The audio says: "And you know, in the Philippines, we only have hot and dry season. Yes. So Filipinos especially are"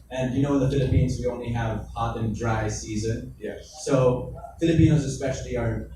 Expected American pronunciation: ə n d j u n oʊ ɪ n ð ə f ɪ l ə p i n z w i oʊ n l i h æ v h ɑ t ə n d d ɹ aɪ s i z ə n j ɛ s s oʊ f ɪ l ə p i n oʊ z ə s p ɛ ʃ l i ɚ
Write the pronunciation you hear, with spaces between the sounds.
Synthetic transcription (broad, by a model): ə n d j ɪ n oʊ ɪ n ð ə f ɪ l ə p i n z w i oʊ n l i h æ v h ɑ t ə n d d ɹ aɪ s i z ə n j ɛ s s oʊ f ɪ l ə p i n oʊ z ə s p ɛ ʃ l i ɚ